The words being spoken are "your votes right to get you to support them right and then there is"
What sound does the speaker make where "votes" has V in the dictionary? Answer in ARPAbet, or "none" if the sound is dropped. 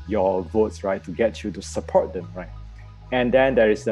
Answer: V